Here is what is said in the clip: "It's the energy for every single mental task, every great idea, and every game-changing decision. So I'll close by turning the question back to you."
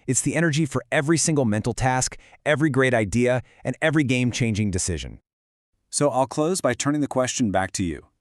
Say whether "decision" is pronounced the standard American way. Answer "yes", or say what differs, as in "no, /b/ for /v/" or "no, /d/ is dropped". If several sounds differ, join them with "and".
yes